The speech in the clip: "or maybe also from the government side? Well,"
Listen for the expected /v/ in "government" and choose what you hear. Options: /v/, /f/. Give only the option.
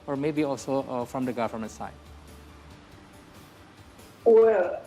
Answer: /f/